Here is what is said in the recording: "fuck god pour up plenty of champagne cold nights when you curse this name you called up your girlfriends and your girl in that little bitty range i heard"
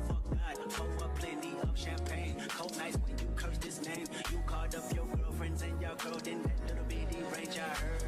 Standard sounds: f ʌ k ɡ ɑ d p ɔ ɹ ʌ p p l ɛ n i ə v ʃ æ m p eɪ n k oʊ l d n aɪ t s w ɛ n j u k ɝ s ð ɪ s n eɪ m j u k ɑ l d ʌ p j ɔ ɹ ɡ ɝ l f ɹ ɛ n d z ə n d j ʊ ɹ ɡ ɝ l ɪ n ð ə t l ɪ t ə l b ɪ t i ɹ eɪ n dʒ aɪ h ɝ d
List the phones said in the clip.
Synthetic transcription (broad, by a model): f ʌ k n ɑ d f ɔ w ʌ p p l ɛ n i ə v ʃ æ m p eɪ n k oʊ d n aɪ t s w ɛ n j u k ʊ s ð ɪ s n eɪ m j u k ɑ l d ʌ p j ɔ ɹ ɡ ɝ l f ɹ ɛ n d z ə n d j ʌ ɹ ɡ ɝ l ɪ n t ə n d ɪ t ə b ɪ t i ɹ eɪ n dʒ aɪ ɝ